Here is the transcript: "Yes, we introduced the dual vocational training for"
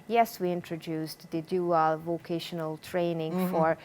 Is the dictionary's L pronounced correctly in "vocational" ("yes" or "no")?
yes